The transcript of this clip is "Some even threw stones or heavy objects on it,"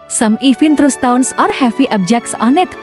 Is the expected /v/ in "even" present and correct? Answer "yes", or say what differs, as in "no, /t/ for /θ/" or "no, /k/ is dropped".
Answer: no, /f/ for /v/